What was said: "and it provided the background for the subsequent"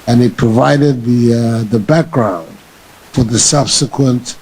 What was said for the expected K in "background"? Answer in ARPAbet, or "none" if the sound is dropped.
K